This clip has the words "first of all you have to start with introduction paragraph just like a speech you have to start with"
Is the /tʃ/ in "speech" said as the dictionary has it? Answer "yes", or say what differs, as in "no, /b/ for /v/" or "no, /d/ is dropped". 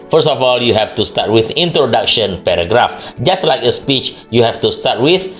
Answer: yes